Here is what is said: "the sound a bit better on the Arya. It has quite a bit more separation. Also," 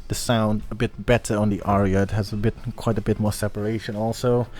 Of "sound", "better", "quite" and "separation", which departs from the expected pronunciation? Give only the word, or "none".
none